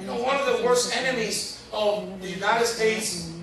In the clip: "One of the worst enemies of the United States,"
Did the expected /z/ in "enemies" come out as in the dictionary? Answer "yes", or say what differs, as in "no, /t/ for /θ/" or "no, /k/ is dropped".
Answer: yes